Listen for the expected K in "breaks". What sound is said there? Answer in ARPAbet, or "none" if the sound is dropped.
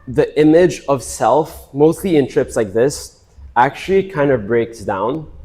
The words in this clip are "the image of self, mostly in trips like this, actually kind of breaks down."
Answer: K